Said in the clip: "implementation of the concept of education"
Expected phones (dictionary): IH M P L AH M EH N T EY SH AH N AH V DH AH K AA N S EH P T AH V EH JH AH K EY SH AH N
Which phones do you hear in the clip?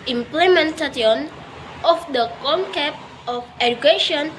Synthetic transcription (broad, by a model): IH M P L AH M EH N T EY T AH N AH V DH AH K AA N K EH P AH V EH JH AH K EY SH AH N